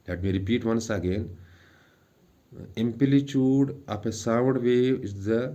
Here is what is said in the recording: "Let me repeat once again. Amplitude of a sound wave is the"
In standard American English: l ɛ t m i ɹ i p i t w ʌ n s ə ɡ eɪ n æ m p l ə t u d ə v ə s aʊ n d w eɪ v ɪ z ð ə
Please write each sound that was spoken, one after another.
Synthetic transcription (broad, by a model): l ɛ t m i ɹ i p i t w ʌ n s ə ɡ eɪ n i m p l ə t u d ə p ə s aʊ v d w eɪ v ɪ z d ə